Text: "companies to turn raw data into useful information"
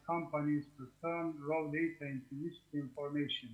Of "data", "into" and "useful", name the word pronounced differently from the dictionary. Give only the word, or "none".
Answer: useful